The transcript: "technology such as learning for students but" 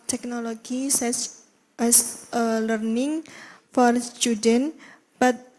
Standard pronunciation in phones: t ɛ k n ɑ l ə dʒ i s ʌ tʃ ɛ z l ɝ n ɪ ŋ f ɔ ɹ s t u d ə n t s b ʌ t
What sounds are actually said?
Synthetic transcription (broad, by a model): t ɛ k n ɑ l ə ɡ i s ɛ s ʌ l ɝ n ɪ ŋ f ɔ ɹ s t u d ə n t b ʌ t